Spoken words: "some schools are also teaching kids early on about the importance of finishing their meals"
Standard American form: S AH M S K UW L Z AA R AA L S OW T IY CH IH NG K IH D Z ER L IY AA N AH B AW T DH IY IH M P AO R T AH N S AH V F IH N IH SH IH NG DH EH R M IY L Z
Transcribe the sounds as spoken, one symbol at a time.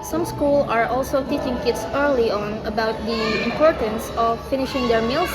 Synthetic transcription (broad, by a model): S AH M S K UW L AA R AA L S OW T IY CH IH NG K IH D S ER L IY AA N AH B AW T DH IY IH M P AO R T AH N S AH F IH N IH SH IH NG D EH R M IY L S